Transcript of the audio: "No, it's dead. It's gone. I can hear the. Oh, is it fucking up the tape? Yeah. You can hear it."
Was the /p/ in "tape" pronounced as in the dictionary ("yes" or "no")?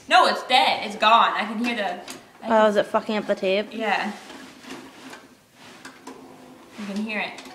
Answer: no